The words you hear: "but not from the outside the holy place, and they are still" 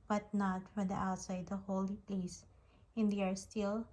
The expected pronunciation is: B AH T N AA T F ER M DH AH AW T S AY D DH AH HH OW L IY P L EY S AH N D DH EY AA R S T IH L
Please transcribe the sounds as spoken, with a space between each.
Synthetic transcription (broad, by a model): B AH T N AA T F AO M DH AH AW T S AY D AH HH OW L IY P L EY S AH N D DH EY AA R S T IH L